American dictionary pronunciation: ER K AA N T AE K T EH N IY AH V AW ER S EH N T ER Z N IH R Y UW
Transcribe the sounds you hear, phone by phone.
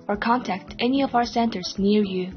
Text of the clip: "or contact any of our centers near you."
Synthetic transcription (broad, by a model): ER K AA N T AE K T EH N IY AH V AW ER S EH N T ER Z N IH R Y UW